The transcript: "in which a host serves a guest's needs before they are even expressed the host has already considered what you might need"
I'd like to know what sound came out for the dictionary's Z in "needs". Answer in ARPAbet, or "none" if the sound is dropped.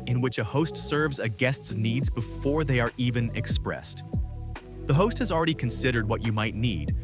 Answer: Z